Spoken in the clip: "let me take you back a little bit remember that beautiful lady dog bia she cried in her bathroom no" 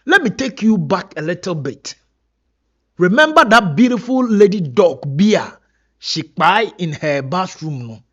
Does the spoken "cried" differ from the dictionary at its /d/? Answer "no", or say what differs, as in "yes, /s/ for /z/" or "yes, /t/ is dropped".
yes, /d/ is dropped